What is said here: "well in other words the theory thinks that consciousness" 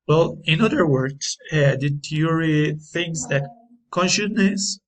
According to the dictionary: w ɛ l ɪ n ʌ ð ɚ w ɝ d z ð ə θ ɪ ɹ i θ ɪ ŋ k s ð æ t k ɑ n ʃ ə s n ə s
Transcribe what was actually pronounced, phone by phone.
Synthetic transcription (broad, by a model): w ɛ l ɪ n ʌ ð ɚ w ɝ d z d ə t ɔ ɹ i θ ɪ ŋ s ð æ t k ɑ n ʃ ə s n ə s